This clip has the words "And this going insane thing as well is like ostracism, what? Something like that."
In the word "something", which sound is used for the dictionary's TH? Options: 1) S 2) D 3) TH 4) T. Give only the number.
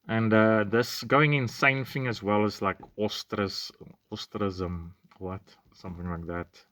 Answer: 3